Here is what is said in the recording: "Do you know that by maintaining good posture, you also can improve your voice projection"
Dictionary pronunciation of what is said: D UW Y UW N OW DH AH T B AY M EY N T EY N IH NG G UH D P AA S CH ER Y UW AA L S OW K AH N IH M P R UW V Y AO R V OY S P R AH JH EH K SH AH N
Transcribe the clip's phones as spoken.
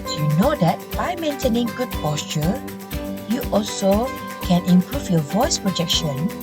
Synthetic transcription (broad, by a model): Y UW N OW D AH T B AY M EY N T EY N IH NG G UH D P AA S CH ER Y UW AA L S OW K AH N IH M P R UW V Y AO V OY S P R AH JH EH K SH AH N